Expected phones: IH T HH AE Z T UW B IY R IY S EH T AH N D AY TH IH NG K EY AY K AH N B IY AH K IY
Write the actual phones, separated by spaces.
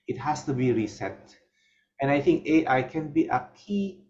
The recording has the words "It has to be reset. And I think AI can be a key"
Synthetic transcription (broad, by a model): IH T HH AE S T UW B IY R IY S EH T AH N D AY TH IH NG K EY AY K AH N B IY AH K IY